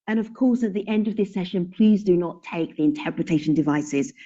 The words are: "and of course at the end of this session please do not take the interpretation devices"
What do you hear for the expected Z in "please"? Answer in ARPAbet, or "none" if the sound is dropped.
Z